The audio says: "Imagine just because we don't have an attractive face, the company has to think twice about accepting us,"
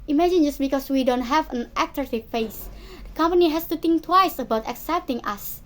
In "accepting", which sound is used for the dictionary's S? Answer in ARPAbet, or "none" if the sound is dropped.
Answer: S